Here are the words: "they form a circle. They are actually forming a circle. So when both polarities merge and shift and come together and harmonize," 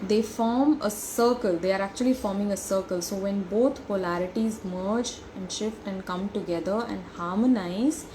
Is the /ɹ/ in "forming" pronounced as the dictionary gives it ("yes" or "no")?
yes